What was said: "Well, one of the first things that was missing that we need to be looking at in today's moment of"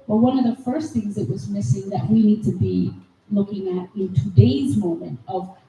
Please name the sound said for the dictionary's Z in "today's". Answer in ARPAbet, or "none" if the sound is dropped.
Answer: Z